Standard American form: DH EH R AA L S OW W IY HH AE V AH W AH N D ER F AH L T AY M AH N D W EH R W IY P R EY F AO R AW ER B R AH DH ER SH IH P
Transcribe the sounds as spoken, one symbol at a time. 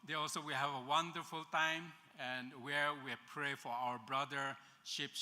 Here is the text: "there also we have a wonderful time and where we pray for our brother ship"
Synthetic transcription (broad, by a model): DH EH AA L S OW W IY HH AE V AH W AH N D ER F AH L T AY M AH N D W EH R W IY P R EY F AO R AW ER B R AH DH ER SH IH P